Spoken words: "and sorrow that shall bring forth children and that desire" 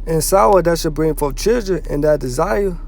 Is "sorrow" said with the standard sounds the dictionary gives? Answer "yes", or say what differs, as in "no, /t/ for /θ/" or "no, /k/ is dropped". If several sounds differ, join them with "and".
no, /w/ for /ɹ/